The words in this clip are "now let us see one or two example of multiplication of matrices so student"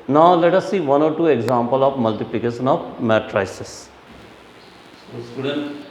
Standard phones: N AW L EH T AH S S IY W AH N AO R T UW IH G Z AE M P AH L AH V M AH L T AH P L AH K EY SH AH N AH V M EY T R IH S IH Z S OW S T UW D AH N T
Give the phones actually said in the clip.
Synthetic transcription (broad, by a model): N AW L EH T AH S S IY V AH N AO R T UW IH G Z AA M P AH L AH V M AH L T AH P L AH K EY SH AH N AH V M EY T R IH IH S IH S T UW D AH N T